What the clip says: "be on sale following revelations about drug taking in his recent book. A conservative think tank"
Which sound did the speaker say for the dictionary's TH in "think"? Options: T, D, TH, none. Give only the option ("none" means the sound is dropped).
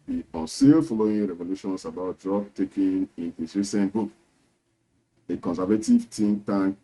T